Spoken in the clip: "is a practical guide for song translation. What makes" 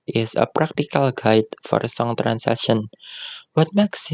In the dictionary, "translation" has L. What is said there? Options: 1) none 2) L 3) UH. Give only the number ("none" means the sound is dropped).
1